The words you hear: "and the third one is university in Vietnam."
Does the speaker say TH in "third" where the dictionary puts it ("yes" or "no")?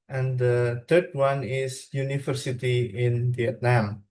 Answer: no